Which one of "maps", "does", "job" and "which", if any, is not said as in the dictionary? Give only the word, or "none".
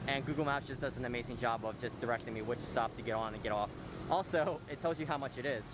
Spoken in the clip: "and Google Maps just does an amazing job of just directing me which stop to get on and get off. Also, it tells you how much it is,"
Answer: maps